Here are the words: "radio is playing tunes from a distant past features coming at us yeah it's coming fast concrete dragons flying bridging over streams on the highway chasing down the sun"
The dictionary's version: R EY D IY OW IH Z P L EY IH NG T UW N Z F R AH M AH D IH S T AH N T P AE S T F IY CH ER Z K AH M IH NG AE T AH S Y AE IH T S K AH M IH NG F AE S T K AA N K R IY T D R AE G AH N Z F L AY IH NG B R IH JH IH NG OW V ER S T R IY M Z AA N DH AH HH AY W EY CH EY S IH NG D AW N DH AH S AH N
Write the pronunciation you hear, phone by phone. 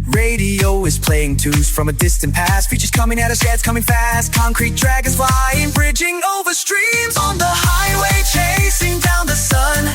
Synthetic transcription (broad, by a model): R EY D IY OW IH Z P L EY IH NG T UW Z F R AH M AH D IH S T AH N P AE S T F IY CH ER Z K AH M IH NG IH T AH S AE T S K AH M IH NG F AE S T K AA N K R IY T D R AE G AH Z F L AY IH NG B R IH JH IH NG OW V ER S T R IY M Z N DH AH HH AY W EY CH EY S IH NG D AW N DH AH S AH N